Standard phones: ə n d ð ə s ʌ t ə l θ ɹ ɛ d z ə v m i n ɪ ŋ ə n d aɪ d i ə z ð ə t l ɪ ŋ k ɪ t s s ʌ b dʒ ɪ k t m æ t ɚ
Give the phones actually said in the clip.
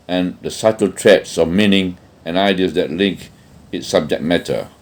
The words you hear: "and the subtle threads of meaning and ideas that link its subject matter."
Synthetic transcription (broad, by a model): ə n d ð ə s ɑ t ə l t ɹ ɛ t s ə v m i n ɪ ŋ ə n aɪ d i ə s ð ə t l ɪ ŋ k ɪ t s s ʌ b dʒ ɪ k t m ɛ t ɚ